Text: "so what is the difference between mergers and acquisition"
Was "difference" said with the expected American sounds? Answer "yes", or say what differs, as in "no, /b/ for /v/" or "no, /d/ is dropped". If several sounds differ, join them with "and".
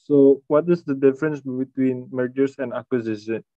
yes